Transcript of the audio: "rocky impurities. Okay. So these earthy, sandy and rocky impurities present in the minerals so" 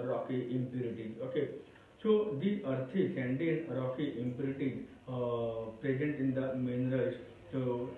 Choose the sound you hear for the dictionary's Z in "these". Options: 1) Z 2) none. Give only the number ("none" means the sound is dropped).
2